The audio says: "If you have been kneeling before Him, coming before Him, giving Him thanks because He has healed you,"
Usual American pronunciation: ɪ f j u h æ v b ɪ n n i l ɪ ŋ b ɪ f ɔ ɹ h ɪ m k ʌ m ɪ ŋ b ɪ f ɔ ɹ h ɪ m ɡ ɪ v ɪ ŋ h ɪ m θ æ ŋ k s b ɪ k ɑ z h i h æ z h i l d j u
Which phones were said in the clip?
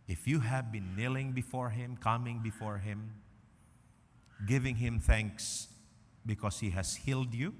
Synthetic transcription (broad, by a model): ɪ f j u h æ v b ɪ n n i l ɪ ŋ b ɪ f ɔ ɹ h ɪ m k ʌ m ɪ ŋ b ɪ f ɔ ɹ h ɪ m ɡ ɪ v ɪ ŋ h ɪ m θ æ ŋ k s b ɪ k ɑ s h i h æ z h i l d j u